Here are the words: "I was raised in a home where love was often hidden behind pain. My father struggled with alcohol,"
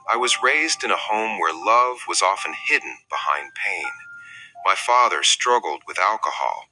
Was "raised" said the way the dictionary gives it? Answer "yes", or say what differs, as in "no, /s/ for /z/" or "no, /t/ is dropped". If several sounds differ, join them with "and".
yes